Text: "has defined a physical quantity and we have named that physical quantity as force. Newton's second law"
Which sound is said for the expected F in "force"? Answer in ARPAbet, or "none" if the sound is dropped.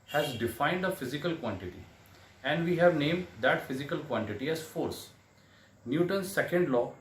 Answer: F